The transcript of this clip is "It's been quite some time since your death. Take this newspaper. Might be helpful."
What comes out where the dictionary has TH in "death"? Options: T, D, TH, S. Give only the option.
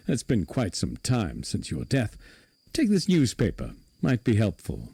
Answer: TH